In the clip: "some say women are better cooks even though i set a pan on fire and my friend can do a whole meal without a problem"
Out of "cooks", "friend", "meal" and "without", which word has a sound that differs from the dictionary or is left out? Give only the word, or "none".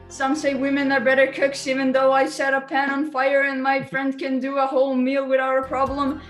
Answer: without